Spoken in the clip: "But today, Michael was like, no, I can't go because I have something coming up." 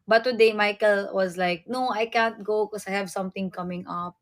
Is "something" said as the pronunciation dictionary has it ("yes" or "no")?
no